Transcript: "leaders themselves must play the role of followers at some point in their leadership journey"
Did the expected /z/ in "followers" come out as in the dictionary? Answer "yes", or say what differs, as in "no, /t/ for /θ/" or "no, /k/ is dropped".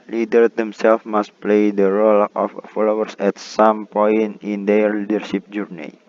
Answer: no, /s/ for /z/